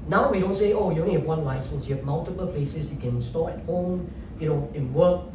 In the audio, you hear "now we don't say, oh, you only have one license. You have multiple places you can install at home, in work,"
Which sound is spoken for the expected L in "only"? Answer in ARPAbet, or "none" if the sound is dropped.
none